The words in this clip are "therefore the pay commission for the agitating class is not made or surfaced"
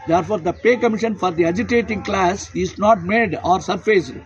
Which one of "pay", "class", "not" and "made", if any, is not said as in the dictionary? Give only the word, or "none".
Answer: none